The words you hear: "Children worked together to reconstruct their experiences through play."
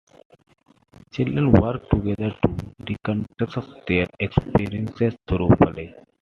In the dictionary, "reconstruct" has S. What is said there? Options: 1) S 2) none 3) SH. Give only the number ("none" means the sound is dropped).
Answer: 2